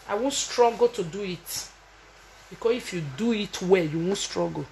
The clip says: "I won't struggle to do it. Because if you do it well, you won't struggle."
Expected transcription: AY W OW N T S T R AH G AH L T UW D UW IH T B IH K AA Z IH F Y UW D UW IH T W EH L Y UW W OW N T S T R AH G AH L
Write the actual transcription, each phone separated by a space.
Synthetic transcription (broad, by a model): AY W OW N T S T R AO G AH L T UW D UW IH T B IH K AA S IH F Y UW D UW IH T W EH Y UW W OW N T S T R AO G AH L